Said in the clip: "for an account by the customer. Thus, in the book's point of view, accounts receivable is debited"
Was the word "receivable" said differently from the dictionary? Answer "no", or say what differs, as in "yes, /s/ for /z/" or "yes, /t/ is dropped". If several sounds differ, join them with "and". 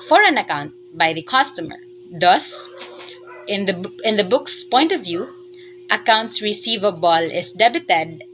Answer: no